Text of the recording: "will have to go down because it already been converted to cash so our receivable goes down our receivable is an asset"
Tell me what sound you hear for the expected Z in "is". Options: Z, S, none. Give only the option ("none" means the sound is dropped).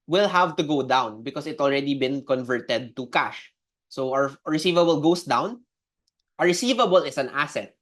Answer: S